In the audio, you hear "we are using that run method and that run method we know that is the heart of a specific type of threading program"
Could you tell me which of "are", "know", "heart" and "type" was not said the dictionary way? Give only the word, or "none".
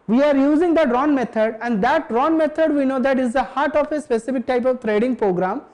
none